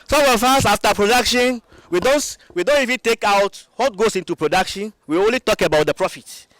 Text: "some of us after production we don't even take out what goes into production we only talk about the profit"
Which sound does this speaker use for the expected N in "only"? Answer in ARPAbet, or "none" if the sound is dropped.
N